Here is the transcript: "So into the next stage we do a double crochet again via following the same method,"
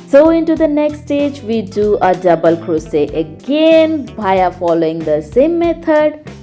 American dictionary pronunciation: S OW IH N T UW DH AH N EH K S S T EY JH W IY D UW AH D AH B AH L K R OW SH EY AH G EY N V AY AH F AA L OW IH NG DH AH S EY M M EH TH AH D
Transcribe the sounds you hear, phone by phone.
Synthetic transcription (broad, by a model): S OW IH N T UW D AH N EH K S S T EY JH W IY D UW AH D AH B AH L K R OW EY AH G EY N B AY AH F AA L OW IH NG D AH S EY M M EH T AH D